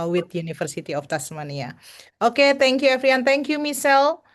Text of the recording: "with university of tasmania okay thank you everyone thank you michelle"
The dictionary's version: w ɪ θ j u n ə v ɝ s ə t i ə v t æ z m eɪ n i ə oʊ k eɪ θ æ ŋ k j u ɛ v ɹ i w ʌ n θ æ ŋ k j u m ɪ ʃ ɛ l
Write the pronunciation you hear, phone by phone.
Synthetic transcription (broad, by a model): w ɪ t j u n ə f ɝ s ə t i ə f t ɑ s m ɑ n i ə oʊ k eɪ t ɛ ŋ k j u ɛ f ɹ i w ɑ n t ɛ ŋ k j u m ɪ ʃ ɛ l